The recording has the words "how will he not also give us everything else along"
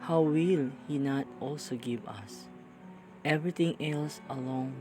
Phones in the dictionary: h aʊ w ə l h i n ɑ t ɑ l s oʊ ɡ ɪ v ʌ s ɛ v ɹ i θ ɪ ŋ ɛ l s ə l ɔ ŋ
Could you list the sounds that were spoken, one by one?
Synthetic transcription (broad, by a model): h aʊ w ə l h i n ɑ t ɑ l s oʊ ɡ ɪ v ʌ s ɛ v ɹ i t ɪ ŋ ɛ l s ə l ɔ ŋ